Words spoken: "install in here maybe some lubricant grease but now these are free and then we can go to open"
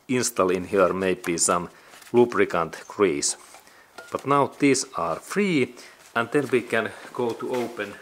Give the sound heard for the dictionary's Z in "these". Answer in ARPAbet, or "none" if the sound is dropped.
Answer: S